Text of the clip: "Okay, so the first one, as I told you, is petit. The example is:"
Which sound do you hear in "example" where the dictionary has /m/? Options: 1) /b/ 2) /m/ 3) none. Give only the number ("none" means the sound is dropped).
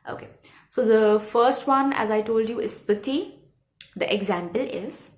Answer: 2